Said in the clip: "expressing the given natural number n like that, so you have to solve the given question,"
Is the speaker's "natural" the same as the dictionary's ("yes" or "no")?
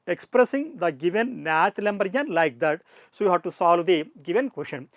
no